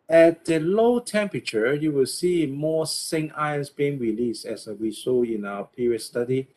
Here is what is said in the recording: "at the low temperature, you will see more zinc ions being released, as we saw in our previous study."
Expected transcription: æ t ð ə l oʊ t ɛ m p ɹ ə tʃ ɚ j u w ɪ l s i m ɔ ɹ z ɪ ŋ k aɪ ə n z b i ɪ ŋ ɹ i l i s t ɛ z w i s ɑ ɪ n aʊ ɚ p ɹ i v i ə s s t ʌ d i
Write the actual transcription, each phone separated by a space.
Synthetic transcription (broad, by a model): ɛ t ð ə l oʊ t ɛ m p ɹ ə tʃ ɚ j u w ɪ l s i m ɔ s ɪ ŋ aɪ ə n s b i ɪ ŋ ɹ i l i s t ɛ s w i s ɑ ɪ n aʊ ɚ p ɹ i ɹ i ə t s t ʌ d i